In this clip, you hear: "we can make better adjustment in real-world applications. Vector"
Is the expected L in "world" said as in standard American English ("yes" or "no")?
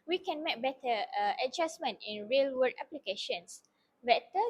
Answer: no